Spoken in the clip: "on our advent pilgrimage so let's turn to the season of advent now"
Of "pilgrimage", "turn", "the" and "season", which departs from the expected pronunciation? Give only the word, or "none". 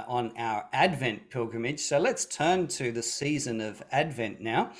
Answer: none